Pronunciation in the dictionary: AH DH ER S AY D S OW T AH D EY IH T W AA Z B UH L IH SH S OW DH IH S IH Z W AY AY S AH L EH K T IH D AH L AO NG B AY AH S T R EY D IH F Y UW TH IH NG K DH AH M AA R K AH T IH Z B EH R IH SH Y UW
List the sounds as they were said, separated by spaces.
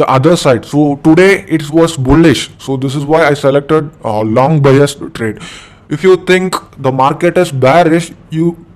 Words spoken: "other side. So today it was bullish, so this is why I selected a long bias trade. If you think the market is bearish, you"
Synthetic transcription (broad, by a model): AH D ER S AY D S OW T AH D EY IH T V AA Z B UH L IH SH S OW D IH S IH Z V AY AY S AH L EH K T IH D L AO NG B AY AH S T R EY D IH F Y UW T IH NG K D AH M AA R K AH T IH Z B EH R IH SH Y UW